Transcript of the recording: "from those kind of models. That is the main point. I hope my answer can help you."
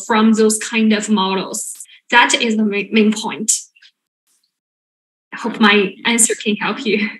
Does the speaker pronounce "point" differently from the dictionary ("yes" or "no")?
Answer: no